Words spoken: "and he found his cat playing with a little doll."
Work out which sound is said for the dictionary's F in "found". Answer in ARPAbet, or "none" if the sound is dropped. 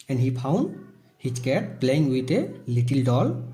P